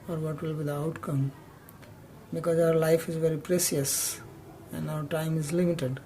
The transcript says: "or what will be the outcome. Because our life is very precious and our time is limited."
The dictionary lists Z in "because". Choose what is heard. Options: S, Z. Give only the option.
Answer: Z